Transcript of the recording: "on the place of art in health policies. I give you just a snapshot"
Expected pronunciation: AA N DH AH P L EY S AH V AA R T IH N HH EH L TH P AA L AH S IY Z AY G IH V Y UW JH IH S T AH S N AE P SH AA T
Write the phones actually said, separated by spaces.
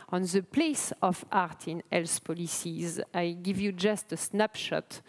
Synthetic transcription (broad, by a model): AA N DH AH P L EY S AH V AA R T IH N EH L S P AA L AH S IY Z AY G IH V Y UW JH IH S T AH S N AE P SH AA T